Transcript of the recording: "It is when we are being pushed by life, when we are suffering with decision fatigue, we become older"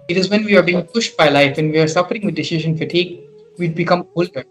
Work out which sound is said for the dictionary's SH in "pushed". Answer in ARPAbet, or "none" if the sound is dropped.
SH